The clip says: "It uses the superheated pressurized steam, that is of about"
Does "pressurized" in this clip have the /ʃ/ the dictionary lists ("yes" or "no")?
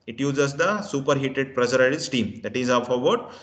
no